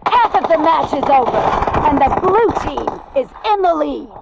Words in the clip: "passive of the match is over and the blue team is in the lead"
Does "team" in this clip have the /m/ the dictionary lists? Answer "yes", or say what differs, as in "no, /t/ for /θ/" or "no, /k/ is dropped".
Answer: no, /m/ is dropped